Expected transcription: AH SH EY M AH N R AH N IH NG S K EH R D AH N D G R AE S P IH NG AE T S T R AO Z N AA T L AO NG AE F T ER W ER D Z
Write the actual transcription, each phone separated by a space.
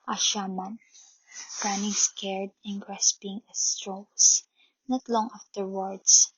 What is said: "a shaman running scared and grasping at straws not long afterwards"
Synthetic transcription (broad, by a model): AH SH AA M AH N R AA N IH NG S K EH R D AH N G R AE S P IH NG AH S T R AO S N AA T L AO NG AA F T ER W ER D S